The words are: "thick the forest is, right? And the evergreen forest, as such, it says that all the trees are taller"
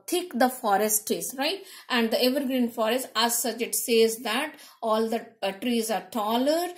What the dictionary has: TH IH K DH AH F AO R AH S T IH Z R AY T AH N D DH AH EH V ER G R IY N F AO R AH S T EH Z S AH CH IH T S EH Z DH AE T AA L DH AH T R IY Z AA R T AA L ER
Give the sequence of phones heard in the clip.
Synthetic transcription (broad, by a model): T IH K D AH F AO R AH S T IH S R AY T AH N D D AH EH V ER G R IY N F AO R AH S T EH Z S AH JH IH T S EH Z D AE T AA L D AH T R IY Z AA R T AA L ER